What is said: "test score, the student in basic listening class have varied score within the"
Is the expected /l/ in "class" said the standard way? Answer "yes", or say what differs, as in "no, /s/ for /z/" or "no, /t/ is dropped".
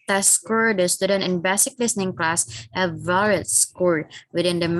yes